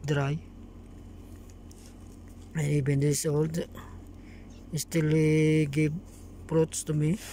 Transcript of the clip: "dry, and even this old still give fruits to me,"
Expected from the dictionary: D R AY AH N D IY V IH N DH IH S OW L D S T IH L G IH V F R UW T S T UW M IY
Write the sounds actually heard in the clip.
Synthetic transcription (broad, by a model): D R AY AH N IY B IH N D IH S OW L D S T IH L G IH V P R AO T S T UW M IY